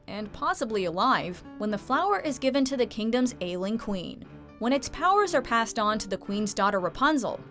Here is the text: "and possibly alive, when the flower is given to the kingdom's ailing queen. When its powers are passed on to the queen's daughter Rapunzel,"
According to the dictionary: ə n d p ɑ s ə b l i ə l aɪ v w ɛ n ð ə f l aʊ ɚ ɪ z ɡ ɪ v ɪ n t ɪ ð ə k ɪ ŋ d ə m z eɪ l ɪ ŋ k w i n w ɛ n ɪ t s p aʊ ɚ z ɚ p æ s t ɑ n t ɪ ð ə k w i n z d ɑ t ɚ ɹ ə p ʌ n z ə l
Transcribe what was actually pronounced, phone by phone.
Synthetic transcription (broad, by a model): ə n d p ɑ s ə b l i ə l aɪ v w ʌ n ð ə f l aʊ ɚ ɪ z ɡ ɪ v ɪ n t ɪ ð ə k ɪ ŋ d ə m z eɪ l ɪ ŋ k w i n w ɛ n ɪ t s p aʊ ɚ z ɚ p æ s t n t ɪ ð ə k w i n z d ɑ t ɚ ɹ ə p ʌ n z l